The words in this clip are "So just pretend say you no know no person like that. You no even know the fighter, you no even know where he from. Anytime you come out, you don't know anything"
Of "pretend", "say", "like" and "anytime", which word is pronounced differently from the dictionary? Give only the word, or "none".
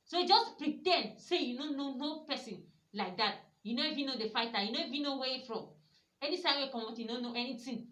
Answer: anytime